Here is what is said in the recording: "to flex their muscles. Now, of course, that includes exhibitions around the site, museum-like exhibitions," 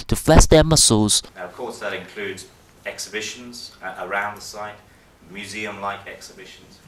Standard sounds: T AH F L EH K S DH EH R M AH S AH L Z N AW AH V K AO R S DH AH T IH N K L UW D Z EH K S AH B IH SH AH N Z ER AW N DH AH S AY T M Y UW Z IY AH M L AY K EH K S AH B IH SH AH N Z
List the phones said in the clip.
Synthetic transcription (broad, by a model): T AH F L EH S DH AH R M AH S AH L Z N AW AH V K AO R S DH AH T IH N K L UW D Z EH K S AH B IH SH AH N Z ER AW N DH AH S AY T M Y UW Z IY AH M L AY K EH K S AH B IH SH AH N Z